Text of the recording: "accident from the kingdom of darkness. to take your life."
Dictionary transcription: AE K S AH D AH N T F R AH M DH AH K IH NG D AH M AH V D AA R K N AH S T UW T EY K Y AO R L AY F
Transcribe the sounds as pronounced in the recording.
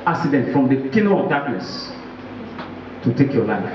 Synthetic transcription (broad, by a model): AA K S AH D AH N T F R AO M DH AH K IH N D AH AH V D AA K N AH S T UW T EY K Y AO L AY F